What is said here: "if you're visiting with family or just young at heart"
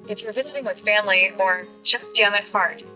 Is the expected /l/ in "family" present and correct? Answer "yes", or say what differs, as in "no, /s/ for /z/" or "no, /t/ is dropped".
yes